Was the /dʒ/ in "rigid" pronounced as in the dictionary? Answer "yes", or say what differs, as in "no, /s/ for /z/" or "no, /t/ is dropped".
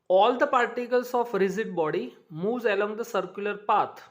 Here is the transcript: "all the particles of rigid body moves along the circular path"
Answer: no, /z/ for /dʒ/